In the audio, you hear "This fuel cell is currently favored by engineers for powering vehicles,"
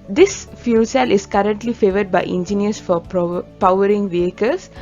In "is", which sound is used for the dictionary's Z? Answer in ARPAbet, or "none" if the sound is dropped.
S